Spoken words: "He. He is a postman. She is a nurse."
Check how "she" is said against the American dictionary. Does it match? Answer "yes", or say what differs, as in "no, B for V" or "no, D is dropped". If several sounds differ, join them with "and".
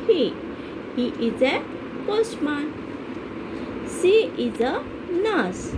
no, S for SH